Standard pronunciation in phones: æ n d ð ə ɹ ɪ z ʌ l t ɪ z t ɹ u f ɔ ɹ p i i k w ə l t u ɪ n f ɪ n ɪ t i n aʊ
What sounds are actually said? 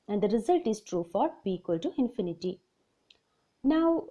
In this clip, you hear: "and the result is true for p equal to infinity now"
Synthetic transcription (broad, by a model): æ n d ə ɹ ɪ z ʌ l t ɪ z t ɹ u f ɔ ɹ b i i k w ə l t u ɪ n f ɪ n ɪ t i n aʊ